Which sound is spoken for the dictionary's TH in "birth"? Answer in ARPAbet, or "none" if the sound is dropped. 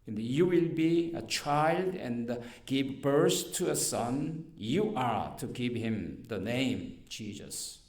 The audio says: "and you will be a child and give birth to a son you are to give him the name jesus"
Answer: S